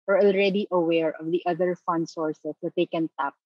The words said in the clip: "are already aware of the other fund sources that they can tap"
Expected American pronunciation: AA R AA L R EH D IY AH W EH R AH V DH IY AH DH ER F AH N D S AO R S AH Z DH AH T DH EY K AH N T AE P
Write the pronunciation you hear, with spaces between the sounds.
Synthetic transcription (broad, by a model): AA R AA L R EH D IY AH W EH R AH V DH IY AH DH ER F AH N D S AO R S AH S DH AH T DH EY K AH N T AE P